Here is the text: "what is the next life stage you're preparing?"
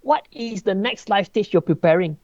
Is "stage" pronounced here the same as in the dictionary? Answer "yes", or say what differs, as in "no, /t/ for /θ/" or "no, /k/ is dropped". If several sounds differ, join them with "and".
no, /tʃ/ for /dʒ/